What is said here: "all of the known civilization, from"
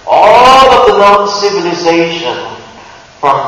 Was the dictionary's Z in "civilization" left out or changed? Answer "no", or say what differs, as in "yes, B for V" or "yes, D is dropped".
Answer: no